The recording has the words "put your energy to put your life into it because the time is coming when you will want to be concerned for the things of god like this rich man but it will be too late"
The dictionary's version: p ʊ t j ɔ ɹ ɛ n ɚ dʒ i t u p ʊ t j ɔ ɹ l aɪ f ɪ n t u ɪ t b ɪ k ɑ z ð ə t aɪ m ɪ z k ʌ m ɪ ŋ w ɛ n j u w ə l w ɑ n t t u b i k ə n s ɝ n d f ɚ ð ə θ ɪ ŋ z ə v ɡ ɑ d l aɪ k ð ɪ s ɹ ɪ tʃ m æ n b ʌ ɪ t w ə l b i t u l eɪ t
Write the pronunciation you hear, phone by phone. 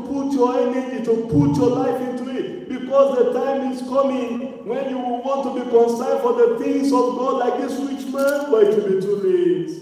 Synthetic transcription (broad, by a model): p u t j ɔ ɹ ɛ n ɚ dʒ i t u p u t j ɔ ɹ l aɪ f ɪ n t u ɪ t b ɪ k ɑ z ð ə t aɪ m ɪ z k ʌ m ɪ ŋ w ɛ n j u w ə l w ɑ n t t u b i k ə n s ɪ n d f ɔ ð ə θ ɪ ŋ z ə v ɡ ɑ d l aɪ k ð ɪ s w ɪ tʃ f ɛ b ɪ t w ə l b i t u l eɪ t